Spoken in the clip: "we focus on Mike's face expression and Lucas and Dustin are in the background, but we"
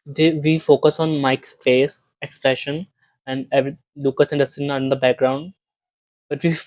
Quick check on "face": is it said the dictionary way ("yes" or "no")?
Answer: no